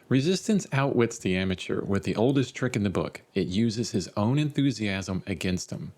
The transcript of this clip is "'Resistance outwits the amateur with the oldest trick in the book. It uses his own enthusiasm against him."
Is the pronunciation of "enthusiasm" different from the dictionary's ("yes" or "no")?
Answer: no